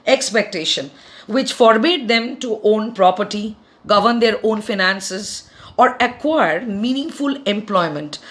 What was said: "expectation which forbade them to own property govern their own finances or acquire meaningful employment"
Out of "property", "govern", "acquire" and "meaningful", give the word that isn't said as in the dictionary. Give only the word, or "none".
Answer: none